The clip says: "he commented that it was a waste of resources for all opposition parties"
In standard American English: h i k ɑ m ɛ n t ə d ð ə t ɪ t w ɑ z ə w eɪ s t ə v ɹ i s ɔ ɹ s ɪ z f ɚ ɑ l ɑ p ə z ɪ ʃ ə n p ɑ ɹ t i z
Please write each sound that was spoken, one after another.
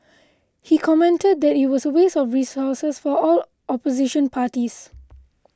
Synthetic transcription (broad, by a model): h i k ɑ m ɛ n t ə d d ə t ɪ t w ɑ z ə w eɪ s ə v ɹ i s ɔ s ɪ s f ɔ ɑ l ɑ p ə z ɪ ʃ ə n p ɑ t i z